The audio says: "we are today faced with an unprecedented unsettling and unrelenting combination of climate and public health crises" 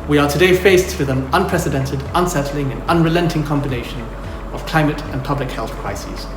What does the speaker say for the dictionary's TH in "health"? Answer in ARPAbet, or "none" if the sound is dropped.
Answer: TH